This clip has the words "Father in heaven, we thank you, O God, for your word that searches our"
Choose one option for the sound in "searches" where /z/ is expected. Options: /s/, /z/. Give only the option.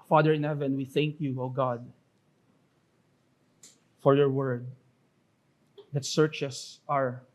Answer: /s/